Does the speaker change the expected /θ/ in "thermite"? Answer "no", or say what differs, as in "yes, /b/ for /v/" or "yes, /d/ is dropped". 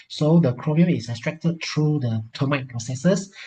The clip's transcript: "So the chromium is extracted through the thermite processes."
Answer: yes, /t/ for /θ/